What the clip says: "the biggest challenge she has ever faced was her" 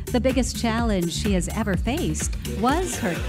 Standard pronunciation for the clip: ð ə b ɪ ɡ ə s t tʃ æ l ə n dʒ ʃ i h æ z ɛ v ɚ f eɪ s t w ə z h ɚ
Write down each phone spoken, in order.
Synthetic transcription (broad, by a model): ð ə b ɪ ɡ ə s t tʃ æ l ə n ʒ ʃ i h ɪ z ɛ v ɚ f eɪ s t w ə z h ɚ